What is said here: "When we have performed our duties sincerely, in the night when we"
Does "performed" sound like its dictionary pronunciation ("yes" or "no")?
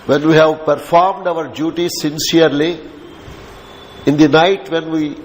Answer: yes